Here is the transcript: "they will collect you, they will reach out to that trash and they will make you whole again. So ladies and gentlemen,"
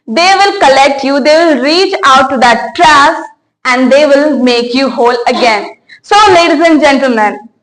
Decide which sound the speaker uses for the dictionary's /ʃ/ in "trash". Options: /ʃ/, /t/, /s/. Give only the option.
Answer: /s/